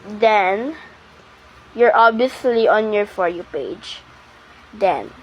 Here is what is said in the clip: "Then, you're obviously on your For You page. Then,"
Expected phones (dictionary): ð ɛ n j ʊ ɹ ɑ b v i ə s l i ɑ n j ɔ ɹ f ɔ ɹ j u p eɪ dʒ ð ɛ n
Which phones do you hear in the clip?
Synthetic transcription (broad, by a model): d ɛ n j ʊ ɹ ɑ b i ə s l i ɑ n j ɔ ɹ f ɔ ɹ j u p eɪ dʒ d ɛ n